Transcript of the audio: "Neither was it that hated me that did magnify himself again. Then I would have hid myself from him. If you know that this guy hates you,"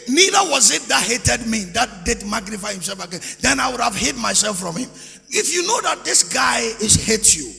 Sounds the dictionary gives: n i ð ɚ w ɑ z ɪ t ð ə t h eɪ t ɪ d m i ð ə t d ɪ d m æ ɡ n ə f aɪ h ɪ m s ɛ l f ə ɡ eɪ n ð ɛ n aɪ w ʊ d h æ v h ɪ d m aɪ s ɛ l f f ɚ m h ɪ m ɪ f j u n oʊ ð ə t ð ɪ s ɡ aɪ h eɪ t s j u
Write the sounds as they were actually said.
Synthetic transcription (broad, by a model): n i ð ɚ w ɑ z ɪ t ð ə t h eɪ t ɪ d m i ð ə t d ɪ d m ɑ ɡ n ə f aɪ h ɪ m s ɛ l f ə ɡ eɪ n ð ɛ n aɪ w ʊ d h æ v h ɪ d m aɪ s ɛ l f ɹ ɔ m h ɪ m ɪ f j u n oʊ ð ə t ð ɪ s ɡ aɪ h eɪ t j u